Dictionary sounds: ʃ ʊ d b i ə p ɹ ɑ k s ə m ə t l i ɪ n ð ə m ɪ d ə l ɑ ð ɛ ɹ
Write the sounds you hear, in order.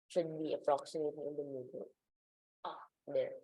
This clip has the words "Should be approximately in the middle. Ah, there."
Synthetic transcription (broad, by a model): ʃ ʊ d b i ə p ɹ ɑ k s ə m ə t i ɪ n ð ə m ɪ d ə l ɑ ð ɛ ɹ